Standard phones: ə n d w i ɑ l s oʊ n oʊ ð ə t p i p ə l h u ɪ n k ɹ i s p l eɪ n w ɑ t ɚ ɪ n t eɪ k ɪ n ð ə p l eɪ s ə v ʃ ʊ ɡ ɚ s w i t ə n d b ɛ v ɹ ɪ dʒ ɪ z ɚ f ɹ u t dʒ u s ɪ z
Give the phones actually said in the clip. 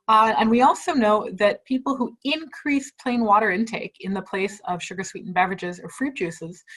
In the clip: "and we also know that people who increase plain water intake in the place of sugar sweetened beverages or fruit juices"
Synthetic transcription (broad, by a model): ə n w i ɑ l s oʊ n oʊ ð ə t p i p l h u ɪ n k ɹ i s p l eɪ n w ɑ t ɚ ɪ n t eɪ k ɪ n ð ə p l eɪ s ə v ʃ ʊ ɡ ɚ s w i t n b ɛ v ɹ ɪ dʒ ɪ z ɚ f ɹ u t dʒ u s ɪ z